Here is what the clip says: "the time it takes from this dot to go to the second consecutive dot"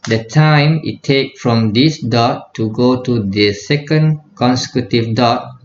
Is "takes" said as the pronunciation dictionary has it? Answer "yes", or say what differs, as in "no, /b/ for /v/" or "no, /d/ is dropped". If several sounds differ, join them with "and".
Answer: no, /s/ is dropped